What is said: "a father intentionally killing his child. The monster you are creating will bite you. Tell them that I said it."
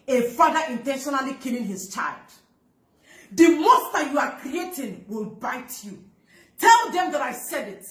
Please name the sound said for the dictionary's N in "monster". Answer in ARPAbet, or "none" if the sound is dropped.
none